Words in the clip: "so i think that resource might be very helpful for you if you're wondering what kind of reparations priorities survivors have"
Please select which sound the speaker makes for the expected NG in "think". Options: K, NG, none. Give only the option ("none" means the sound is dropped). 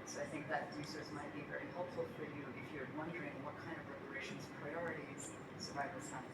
NG